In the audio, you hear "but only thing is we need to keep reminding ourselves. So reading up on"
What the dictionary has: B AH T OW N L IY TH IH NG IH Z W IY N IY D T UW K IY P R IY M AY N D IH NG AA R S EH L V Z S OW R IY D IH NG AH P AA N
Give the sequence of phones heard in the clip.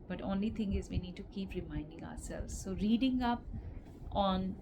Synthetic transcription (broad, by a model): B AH T OW N L IY T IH NG IH Z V IY N IY D T UW K IY P R IY M AY N D IH NG AA R S EH L V Z S OW R IY D IH NG AH P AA N